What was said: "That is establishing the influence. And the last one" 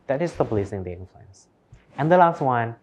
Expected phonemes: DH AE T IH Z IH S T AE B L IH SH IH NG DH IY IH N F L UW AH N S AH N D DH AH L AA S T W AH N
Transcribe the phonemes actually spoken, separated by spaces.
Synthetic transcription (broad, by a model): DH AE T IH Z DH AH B L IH S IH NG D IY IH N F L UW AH N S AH N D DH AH L AA S T W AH N